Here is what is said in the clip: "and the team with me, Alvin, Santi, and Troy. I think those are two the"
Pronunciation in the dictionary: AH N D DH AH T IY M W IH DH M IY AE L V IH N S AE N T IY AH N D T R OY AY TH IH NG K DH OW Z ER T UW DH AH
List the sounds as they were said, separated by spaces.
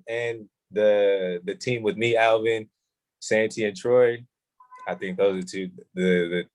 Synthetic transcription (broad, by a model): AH N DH DH AH T IY M W IH DH M IY AE L V IH N S AE N T IY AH N T R OY AY TH IH NG K DH OW Z ER T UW DH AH